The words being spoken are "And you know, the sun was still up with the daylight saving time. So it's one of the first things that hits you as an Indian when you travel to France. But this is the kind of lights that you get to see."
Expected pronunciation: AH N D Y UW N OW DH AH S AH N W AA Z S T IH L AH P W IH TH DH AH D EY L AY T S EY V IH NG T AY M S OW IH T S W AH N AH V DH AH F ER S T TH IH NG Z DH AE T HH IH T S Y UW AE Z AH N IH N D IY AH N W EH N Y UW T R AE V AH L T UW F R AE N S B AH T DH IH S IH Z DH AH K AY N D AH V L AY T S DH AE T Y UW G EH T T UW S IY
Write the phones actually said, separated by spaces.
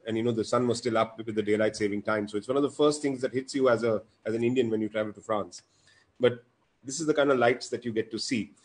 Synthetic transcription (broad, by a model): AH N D Y UW N OW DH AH S AH N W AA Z S T IH L AH P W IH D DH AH D EY L AY T S EY V IH NG T AY M S OW IH T S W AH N AH V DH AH F ER S T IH NG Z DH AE T HH IH T S Y UW AE Z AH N IH N D IY AH N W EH N Y UW T R AE V AH L T UW F R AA N S B AH T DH IH S IH Z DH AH K AY N D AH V L AY T S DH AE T Y UW G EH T T UW S IY